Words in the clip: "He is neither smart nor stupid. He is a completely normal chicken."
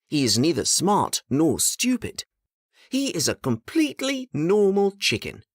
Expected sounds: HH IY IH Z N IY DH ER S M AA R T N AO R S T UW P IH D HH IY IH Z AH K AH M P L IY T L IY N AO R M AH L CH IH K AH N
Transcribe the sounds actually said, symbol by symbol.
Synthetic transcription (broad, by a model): HH IY IH Z N IY DH ER S M AA R T N AO R S T UW P IH D HH IY IH Z AH K AH M P L IY T L IY N AO R M L CH IH K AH N